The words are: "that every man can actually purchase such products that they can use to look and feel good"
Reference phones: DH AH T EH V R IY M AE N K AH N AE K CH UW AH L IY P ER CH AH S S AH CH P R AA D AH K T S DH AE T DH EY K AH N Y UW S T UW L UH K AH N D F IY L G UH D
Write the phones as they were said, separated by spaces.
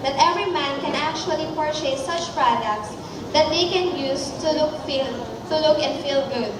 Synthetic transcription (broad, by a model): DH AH T EH V R IY M AE N K AH N AE K CH UW AH L IY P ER SH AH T S AH CH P R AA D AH K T S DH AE T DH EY K AH N Y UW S T UW L UH K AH N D F IY L G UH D